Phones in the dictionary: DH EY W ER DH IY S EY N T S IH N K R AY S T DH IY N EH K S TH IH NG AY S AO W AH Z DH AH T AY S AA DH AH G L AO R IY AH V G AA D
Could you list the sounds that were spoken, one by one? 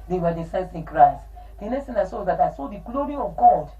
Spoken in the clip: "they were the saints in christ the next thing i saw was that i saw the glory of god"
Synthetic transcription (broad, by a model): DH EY W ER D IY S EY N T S IH N K R AY S T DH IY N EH S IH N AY S AO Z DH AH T AY S AA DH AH G L AO R IY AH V G AA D